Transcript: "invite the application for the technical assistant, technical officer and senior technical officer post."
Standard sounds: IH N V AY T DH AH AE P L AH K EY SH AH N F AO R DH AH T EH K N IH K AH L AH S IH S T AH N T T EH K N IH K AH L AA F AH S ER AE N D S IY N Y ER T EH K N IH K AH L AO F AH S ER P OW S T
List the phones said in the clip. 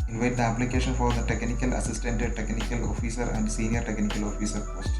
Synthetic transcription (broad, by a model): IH N V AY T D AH AE P L AH K EY SH AH N F AO R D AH T EH K N IH K AH L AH S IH S T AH N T T EH K N IH K AH L AA F AH S ER AE N D S IY N Y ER T EH K N IH K AH L AO F AH S ER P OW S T